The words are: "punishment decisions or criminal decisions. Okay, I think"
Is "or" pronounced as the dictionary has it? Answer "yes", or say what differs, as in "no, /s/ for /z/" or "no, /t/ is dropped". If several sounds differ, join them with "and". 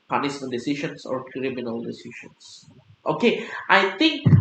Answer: yes